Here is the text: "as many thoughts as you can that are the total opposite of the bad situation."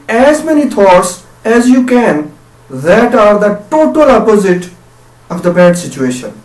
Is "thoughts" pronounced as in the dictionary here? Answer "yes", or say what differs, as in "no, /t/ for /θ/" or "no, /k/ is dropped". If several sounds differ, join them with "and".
no, /t/ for /θ/